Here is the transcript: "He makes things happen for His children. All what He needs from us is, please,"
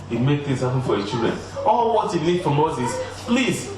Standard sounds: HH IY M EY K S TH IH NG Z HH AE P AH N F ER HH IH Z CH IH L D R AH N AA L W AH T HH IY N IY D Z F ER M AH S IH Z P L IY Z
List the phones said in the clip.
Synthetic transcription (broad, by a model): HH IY M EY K TH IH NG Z HH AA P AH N F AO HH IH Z CH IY L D R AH N AA L W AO T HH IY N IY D F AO M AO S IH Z P L IY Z